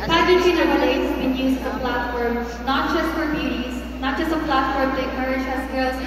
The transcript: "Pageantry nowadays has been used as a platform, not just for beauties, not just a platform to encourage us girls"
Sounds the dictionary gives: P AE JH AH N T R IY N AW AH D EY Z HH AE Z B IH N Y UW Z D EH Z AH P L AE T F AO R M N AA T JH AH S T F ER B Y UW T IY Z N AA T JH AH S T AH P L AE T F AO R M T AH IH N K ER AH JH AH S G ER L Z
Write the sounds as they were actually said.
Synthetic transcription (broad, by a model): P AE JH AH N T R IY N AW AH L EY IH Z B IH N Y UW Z EH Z AH P L AE T F AO R M N AA T JH AH S T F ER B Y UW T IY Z N AA T JH AH S T AH P L AE T F AO R M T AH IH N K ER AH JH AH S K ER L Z